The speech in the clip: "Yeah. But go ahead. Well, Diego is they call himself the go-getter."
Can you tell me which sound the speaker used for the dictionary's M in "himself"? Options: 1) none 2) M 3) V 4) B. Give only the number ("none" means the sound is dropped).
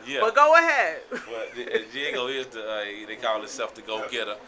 1